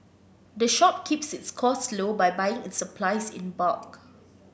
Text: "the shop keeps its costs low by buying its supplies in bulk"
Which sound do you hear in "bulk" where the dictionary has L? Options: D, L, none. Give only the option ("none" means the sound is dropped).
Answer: none